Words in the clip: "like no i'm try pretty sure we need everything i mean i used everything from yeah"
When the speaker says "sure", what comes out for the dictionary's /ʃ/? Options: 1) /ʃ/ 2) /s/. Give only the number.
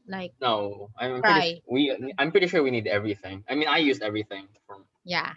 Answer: 1